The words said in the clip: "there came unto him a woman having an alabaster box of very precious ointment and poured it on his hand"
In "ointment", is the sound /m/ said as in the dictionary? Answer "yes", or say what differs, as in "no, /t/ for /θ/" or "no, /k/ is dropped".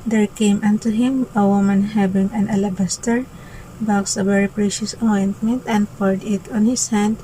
yes